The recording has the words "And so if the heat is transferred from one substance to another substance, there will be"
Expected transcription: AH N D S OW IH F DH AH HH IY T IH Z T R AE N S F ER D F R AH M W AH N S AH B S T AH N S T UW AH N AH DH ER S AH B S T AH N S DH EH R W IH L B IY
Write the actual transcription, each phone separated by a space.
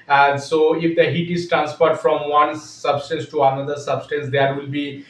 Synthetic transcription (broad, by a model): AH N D S OW IH F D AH HH IY T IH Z T R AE N S P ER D F R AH M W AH N S AH B S T AH N S T UW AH N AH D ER S AH B S T AH N S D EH R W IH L B IY